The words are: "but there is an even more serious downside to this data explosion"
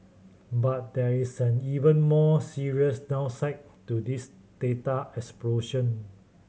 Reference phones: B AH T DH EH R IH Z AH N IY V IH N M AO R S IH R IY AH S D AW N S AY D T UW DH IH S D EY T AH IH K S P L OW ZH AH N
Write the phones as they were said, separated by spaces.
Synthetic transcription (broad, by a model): B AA T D EH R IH S AH N IY V IH N M AO S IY R IY AH S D AW S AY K T UW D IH S D EY T AH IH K S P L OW SH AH N